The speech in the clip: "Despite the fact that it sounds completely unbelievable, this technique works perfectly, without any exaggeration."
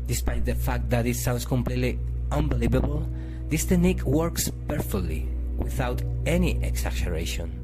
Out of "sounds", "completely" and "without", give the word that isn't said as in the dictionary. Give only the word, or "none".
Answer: sounds